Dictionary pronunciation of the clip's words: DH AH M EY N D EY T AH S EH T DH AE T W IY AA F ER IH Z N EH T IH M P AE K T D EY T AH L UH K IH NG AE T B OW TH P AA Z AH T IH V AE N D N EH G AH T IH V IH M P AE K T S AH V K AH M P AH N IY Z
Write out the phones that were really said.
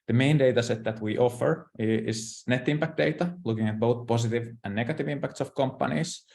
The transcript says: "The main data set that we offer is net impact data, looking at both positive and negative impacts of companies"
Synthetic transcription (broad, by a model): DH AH M EY N D EY T AH S EH T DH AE T W IY AA F ER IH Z N EH T IH M P AE K T D EY T AH L UH K IH NG AE T B OW TH P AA S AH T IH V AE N N EH G AH T IH V IH M P AE K T S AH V K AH M P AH N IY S